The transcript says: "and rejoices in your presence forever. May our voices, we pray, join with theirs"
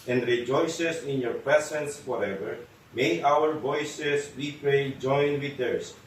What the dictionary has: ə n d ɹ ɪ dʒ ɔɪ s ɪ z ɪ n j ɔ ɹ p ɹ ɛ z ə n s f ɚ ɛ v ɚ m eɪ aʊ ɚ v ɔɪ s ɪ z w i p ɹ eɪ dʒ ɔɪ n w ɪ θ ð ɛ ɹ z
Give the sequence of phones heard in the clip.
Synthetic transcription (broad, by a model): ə n d ɹ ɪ dʒ ɔɪ s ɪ s ɪ n j ɔ ɹ p ɹ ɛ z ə n s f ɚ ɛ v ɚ m eɪ aʊ ɚ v ɔɪ s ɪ s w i p ɹ eɪ dʒ ɔɪ n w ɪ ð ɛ ɹ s